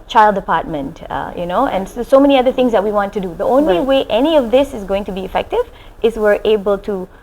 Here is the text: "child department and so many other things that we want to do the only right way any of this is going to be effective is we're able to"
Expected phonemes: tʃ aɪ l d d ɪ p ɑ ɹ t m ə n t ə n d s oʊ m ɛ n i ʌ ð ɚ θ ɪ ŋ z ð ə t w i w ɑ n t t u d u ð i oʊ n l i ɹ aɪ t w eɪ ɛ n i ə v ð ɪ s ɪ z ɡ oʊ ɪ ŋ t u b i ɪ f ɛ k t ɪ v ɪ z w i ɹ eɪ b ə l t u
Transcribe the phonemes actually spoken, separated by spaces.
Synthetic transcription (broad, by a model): tʃ aɪ l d d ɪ p ɑ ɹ t m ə n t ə n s s oʊ m ɛ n i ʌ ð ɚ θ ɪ ŋ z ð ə t w i w ɑ n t t u d u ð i oʊ n l i w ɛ t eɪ ɛ n i ə v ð ɪ s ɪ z ɡ oʊ ɪ ŋ t u b i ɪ f ɛ k t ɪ v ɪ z w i ɹ eɪ b ə l t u